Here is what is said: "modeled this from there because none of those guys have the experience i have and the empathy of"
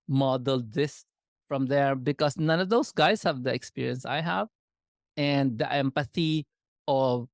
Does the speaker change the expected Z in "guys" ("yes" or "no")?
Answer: yes